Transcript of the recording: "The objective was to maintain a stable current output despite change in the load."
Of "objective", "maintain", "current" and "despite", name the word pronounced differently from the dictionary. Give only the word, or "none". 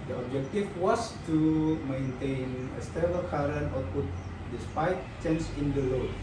objective